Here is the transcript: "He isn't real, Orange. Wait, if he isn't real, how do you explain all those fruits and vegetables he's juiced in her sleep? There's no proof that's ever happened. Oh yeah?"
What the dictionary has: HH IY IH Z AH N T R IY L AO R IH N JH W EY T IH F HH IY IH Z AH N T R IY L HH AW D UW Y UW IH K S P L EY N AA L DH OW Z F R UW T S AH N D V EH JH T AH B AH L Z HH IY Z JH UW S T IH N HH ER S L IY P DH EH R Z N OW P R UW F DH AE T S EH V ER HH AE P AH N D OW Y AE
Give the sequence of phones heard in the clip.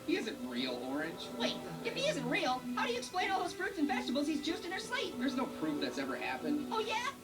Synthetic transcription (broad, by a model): HH IY IH Z AH N T R IY L AO R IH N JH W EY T IH F HH IY IH Z AH N T R IY L HH AW D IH Y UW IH K S P L EY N AA L DH OW Z F R UW T S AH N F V EH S T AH B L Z HH IY Z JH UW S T IH N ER S L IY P DH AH R Z N OW P R UW F DH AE T S EH V ER HH AE P AH N D OW Y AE